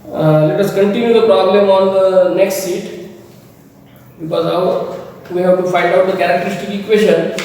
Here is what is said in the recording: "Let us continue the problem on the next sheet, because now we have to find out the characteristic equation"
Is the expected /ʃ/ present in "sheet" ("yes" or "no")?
no